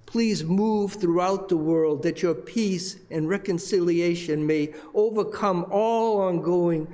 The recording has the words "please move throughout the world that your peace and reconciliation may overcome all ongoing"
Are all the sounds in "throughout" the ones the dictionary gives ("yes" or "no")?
yes